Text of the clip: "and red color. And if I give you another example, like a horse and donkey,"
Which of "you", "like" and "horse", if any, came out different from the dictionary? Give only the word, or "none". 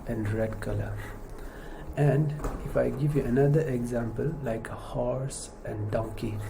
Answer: none